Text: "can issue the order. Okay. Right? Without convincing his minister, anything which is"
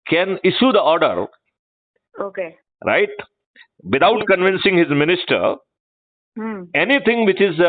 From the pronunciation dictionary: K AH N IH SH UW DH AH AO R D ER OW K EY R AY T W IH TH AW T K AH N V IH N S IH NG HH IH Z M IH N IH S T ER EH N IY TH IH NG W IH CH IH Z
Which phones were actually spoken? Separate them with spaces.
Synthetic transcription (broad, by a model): K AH N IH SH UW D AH AO R D ER OW K EY R AY T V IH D AW T K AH N V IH N S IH NG HH IH Z M IH N IH S T ER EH N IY T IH NG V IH CH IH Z